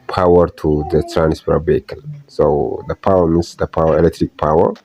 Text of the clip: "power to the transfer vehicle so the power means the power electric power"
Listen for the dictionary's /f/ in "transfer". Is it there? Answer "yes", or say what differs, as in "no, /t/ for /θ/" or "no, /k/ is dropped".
no, /p/ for /f/